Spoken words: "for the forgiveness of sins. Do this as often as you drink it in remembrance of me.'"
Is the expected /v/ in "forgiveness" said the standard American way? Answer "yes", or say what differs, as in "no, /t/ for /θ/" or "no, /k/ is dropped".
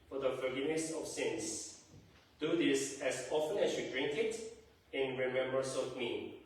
no, /v/ is dropped